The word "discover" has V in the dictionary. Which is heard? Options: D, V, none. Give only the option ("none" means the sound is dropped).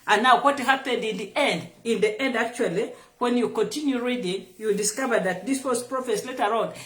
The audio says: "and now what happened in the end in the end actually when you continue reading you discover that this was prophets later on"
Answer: V